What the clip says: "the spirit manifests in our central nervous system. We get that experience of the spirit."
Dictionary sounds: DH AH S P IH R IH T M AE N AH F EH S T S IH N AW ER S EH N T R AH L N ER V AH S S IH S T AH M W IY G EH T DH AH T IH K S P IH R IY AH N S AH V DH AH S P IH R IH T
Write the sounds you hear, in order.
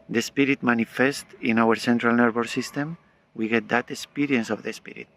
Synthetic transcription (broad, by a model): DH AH S P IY R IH T M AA N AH F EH S T IH N AW ER S EH N T R AH L N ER B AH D S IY S T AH M W IY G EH T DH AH T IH K S P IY R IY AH N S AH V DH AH S P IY R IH T